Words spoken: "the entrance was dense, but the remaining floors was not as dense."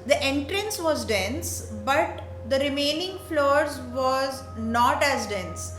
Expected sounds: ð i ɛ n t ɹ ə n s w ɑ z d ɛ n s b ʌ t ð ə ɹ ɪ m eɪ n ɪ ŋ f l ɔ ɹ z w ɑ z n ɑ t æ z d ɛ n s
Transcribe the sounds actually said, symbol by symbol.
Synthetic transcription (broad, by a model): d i ɛ n t ɹ ə n s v ɑ z d ɛ n s b ʌ t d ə ɹ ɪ m eɪ n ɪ ŋ f l ɔ ɹ z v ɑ z n ɑ t æ z d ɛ n s